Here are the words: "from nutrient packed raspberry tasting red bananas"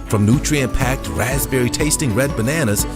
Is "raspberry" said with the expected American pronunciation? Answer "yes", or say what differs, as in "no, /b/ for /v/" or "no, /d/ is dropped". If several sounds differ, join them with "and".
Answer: yes